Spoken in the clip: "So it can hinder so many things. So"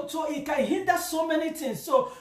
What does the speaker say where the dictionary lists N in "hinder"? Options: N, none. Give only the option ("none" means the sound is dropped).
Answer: none